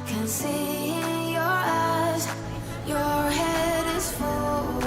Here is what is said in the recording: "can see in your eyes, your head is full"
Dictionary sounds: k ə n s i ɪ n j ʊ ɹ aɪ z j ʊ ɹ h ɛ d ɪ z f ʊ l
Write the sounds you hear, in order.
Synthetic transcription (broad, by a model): k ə n s i ɪ n j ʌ ɹ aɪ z j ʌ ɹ h ɛ d ɪ z f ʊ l